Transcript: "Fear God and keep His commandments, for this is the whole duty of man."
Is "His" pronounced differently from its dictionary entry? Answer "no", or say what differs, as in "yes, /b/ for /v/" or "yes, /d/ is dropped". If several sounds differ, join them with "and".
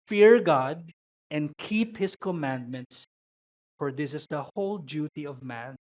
yes, /s/ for /z/